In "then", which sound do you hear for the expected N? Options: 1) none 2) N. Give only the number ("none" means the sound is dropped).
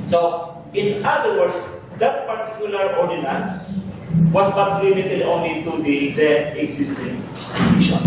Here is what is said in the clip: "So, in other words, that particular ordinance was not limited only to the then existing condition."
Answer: 1